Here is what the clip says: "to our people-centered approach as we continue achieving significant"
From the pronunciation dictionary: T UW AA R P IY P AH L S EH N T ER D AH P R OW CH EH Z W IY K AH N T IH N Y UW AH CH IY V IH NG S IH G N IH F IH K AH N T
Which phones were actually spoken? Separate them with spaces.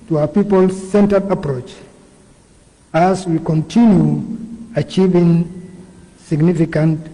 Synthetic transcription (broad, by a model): T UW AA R P IY P AH L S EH N T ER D AH P R OW CH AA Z W IY K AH N T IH N Y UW AH CH IY V IH NG S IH G N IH F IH K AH N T